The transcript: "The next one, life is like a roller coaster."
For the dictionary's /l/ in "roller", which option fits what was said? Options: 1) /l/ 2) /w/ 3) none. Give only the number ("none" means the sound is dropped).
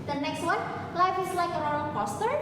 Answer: 3